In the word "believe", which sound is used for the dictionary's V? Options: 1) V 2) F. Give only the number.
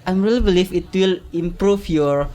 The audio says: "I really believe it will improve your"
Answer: 2